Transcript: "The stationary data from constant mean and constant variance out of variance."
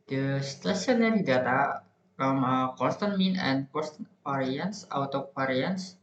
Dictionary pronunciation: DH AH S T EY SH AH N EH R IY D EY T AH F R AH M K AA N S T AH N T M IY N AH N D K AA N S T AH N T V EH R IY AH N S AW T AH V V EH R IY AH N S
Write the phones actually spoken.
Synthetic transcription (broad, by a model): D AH S T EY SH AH N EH R IY D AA T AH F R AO M K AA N S T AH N M IY N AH N K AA S T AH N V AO R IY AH N S AW T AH P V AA R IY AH N S